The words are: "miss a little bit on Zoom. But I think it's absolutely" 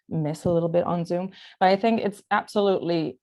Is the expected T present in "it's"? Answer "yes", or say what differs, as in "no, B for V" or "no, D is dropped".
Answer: yes